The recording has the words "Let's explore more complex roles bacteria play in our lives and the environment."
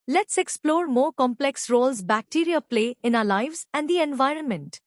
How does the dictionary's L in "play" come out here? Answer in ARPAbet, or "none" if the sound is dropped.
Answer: L